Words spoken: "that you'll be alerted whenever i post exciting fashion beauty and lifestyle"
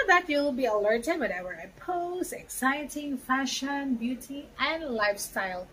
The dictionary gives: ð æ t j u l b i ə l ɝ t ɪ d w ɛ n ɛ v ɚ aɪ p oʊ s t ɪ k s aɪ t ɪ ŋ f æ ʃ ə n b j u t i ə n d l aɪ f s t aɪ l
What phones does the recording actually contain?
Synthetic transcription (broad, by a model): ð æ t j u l b i ə l ɝ t ɪ d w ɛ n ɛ w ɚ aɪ p oʊ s ɪ k s aɪ t ɪ ŋ f æ ʃ ə n b j u t i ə n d l aɪ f s t aɪ l